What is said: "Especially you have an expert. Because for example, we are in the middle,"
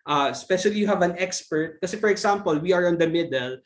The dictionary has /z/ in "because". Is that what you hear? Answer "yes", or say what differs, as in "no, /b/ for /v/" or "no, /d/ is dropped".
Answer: no, /z/ is dropped